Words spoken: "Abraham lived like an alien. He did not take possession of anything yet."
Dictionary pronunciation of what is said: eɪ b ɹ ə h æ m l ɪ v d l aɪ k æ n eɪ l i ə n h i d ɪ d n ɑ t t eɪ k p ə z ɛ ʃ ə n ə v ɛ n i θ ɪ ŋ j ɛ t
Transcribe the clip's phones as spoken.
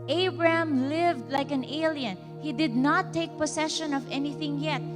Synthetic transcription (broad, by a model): eɪ b ɹ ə h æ m l ɪ v d l aɪ k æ n eɪ l i ə n h i d ɪ d n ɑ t t eɪ k p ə s ɛ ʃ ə n ə v ɛ n i θ ɪ ŋ j ɛ t